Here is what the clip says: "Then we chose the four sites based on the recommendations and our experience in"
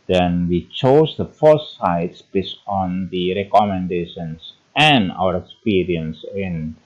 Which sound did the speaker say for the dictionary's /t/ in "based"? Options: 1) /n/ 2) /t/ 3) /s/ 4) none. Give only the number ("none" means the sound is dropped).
4